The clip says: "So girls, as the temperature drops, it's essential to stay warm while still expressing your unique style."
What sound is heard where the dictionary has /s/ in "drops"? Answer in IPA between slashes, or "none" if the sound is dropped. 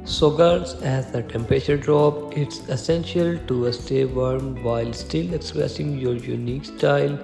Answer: none